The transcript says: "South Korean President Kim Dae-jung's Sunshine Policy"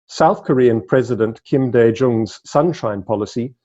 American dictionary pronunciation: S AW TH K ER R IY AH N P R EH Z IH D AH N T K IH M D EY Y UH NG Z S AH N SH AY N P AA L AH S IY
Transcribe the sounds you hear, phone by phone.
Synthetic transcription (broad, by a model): S AW TH K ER R IY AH N P R EH Z IH D AH N T K IH M D EY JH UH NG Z S AH N SH AY N P AA L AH S IY